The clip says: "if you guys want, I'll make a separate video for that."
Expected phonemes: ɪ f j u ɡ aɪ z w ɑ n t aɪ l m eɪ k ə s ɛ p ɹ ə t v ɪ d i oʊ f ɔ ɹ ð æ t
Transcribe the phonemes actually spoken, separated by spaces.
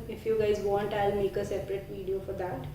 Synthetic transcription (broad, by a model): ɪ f j u ɡ aɪ z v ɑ n t aɪ l m eɪ k ə s ɛ p ɹ ə t v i d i oʊ f ɔ ɹ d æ t